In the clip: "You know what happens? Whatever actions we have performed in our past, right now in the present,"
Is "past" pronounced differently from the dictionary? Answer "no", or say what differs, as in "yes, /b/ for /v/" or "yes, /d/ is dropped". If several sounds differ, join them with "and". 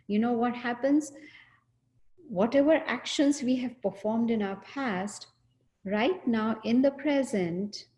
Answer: no